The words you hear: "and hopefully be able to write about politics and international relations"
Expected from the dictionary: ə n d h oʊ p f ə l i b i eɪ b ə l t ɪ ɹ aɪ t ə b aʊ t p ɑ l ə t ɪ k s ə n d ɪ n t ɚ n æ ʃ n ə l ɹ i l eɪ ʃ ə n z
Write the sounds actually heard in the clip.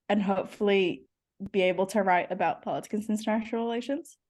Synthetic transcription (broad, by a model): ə n h oʊ p f l i b i eɪ b l t ɪ ɹ aɪ t ə b aʊ t p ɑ l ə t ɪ k ə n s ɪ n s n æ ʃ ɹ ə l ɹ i l eɪ ʃ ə n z